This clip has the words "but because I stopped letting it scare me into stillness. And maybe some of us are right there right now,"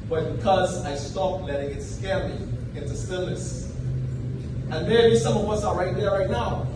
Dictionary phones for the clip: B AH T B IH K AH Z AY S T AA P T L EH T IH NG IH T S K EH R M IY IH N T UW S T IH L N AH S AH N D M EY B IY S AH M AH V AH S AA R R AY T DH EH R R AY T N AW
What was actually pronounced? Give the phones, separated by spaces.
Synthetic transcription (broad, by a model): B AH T B IH K AH Z AY S T AA P L EH T IH NG IH T S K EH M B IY IH N T UW S T IH L N AH S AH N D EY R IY S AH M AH W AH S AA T R AY T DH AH R R AY T N AW